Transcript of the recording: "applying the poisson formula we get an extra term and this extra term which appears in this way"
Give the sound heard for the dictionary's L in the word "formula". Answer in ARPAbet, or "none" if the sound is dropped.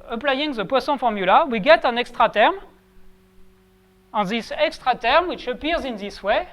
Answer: L